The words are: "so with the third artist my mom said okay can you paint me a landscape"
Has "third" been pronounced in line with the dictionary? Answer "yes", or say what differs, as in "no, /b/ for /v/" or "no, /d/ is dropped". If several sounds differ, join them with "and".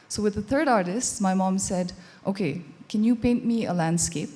yes